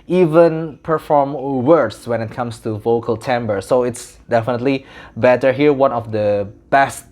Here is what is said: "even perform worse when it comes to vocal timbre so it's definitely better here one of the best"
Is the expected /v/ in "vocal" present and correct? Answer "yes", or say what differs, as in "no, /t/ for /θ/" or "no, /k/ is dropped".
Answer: yes